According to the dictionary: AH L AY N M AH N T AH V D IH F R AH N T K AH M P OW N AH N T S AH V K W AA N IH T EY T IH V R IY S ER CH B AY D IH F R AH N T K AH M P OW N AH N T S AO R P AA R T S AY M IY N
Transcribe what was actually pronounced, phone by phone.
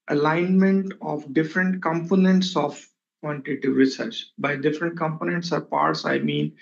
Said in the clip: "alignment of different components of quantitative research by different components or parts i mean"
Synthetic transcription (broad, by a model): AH L AY N M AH N T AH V D IH F R AH N T K AH M P OW N AH N T S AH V K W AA N T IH T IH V R IY S ER CH B AY D IH F R AH N T K AH M P OW N AH N T S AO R P AA R T S AY M IY N